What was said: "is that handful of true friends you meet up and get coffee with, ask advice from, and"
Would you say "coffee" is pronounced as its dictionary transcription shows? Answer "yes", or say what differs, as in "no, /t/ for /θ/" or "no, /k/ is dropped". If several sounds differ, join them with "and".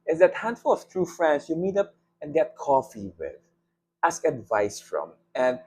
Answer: yes